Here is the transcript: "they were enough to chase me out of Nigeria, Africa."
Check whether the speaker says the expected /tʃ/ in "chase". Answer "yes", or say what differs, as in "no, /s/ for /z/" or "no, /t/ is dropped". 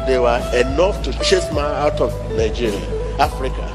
yes